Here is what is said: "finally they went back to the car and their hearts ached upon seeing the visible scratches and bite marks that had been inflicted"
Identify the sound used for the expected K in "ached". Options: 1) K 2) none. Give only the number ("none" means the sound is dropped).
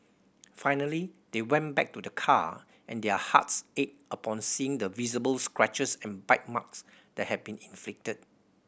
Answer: 2